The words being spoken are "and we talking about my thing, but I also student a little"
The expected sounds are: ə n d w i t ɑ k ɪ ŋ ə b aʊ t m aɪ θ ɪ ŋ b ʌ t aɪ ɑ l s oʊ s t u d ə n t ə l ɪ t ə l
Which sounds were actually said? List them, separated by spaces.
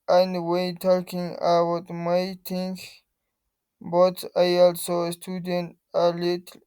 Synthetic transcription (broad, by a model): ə n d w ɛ t ɑ k ɪ ŋ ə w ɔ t m aɪ t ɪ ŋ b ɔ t aɪ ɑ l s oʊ s t u d ə n t ə l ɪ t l